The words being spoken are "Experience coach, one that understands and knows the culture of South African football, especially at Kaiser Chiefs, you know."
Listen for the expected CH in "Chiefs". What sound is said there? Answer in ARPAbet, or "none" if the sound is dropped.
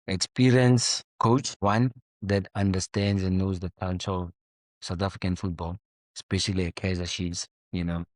SH